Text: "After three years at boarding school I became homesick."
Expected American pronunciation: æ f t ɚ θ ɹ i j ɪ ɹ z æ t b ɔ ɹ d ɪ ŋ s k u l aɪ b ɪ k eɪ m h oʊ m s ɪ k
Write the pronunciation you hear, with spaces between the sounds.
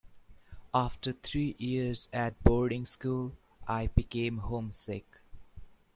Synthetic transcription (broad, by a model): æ f t ɚ t ɹ i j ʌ ɹ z æ t b ɔ ɹ d ɪ ŋ s k u l aɪ b ɪ k eɪ m h oʊ m s ɪ k